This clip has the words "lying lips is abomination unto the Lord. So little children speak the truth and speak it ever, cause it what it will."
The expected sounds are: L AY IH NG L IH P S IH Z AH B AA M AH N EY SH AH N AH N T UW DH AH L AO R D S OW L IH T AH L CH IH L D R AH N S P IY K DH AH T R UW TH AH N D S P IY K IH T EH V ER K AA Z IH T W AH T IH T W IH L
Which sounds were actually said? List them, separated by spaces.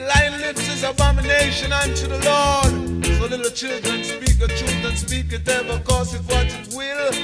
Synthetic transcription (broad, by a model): L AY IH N L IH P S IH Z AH B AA M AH N EY SH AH N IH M T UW DH AH L AO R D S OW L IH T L CH IH L D R AH N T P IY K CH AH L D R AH N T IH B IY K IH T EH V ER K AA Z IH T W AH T IH T W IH L